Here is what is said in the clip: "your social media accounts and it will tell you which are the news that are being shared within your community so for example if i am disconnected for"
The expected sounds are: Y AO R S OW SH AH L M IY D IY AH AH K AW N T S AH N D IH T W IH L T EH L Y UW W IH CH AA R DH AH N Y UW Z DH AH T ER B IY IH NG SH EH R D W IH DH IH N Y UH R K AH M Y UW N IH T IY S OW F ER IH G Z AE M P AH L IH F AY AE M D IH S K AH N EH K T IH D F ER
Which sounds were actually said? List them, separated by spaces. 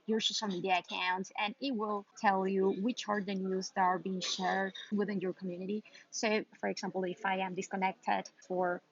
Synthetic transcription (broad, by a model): Y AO R S OW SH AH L M IY D IY AH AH K AW N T AH N IH T W IH L T EH L Y UW W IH CH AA R DH AH N Y UW Z DH AH T ER B IY IH NG SH EH R D W IH DH IH N Y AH R K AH M Y UW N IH T IY S OW F ER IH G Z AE M P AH L IH F AY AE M D IH S K AH N EH K T IH D F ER